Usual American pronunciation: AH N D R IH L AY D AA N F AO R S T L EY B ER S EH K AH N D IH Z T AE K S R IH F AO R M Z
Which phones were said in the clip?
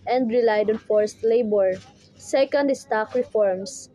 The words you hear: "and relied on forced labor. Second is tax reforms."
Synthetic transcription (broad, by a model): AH N D R IH L AY D AA N F AO R S T L EY B ER S EH K AH N D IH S T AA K R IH F AO R M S